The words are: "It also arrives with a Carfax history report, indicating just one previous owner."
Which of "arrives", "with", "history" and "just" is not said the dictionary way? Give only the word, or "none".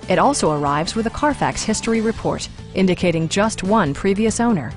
none